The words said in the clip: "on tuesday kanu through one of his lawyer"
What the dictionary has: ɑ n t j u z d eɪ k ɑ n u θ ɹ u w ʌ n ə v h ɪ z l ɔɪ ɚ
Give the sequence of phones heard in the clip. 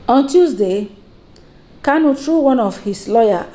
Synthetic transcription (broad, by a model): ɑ n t j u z d eɪ k ɑ n u t ɹ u w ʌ n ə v h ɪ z l ɔɪ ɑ